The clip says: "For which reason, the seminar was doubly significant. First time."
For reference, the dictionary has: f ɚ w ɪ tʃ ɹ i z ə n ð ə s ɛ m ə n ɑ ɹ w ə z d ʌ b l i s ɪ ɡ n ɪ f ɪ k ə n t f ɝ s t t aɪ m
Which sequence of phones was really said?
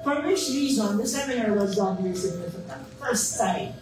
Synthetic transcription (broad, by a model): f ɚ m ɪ ʃ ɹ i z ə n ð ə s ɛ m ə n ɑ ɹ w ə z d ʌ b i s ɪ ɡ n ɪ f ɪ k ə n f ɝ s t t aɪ